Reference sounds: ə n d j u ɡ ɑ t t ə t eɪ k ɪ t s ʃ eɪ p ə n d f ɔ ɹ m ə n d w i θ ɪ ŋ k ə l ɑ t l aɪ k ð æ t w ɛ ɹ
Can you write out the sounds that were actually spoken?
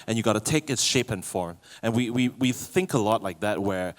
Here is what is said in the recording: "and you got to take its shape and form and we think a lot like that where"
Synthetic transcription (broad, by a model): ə n j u ɡ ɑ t t ə t eɪ k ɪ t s ʃ eɪ p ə n f ɔ ɹ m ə n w w i θ ɪ ŋ k ə l ɑ t l aɪ k ð æ t w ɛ ɹ